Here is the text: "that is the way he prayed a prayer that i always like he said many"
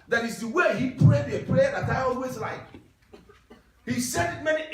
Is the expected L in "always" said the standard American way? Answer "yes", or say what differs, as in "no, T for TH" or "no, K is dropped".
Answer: yes